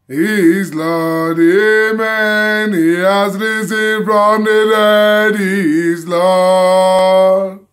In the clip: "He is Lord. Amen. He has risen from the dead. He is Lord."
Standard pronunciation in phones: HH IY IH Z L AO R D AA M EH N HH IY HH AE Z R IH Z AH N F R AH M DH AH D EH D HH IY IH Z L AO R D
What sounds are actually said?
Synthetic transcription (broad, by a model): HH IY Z L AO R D AA M EH N HH IY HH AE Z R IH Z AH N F R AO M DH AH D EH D HH IY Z L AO